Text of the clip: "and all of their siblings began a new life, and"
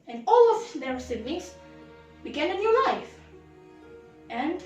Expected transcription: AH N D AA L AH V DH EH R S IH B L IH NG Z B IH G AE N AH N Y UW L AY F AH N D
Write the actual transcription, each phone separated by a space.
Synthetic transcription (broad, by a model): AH N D AA L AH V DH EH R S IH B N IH Z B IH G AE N AH N Y UW L AY F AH N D